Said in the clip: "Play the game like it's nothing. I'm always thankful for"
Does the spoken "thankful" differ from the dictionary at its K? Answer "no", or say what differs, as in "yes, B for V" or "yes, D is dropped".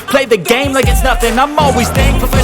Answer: yes, K is dropped